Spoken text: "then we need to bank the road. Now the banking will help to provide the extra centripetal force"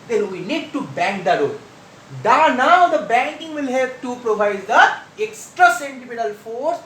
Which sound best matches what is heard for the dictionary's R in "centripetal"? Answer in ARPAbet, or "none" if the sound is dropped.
none